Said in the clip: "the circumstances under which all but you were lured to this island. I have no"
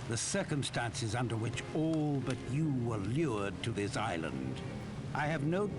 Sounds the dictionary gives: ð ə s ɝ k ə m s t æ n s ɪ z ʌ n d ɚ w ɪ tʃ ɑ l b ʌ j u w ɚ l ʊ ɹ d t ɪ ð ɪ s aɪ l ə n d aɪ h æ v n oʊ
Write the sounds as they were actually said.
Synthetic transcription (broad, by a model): ð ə s ɝ k ə m s t æ n s ɪ z ʌ n d ɚ w ɪ tʃ ɑ l b ʌ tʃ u w ɚ l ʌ ɹ d t ɪ ð ɪ s aɪ l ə n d aɪ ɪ v n oʊ